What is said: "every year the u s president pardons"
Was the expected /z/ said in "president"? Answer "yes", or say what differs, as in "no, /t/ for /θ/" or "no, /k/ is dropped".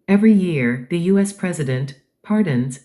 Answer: yes